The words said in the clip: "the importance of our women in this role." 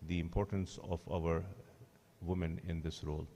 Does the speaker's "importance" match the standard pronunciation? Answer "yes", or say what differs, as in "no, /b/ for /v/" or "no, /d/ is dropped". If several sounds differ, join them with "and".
yes